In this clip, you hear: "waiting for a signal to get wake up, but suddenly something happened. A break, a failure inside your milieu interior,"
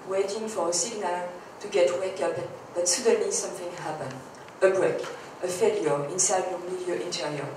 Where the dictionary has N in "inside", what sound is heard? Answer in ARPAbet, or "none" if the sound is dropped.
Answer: N